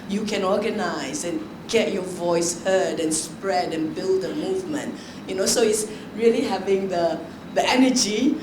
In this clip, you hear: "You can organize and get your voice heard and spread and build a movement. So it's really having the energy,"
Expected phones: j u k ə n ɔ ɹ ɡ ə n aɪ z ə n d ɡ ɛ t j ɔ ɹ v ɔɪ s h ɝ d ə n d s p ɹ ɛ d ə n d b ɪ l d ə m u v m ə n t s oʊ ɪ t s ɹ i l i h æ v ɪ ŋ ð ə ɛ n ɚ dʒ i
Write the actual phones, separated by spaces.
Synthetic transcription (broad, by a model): j u k ə n ɔ ɡ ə n aɪ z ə n ɡ ɛ t j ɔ v ɔɪ s h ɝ d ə n s p ɹ ɛ d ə n b ɪ l d ə m u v m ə n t s oʊ ɪ t s ɹ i l i h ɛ v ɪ ŋ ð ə ɛ n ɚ dʒ i